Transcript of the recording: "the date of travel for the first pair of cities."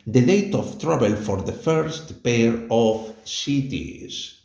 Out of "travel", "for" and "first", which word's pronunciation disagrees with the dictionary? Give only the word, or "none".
travel